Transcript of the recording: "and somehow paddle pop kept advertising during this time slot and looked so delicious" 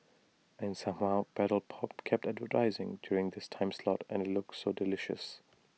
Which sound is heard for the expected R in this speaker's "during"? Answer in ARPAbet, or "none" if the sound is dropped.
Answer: R